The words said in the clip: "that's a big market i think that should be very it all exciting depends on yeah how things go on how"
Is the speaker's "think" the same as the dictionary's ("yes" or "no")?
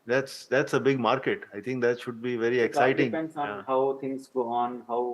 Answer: no